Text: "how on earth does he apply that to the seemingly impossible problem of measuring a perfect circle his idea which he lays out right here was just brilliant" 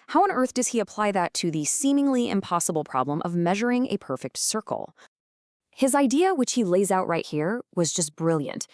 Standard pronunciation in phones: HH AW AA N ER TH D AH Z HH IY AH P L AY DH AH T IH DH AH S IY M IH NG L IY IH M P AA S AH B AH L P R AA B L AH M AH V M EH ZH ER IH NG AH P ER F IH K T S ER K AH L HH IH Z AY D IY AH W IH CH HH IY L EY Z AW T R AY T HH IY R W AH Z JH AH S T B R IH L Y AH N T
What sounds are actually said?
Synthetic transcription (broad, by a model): HH AW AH N ER TH D AH Z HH IY AH P L AY DH AH T IH DH AH S IY M IH NG L IY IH M P AA S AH B L P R AA B L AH M AH V M EH ZH ER IH NG AH P ER F IH K T S ER K L HH IH Z AY D IY AH W IH CH HH IY L EY Z AW T R AY T HH IY R W AH Z JH AH S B R IH L Y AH N T